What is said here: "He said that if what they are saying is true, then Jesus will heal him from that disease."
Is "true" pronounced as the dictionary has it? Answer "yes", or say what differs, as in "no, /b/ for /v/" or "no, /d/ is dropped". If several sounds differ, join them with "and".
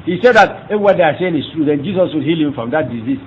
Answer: yes